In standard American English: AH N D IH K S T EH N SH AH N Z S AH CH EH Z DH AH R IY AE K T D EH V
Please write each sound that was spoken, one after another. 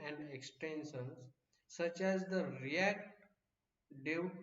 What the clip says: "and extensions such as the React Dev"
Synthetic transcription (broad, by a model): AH N D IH K S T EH N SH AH N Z S AH CH EH Z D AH R IY AE K T D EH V